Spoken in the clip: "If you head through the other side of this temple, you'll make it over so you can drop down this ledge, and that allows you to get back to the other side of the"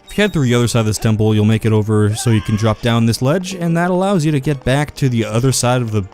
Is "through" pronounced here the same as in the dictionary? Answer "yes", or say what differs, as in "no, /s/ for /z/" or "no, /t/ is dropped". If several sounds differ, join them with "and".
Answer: yes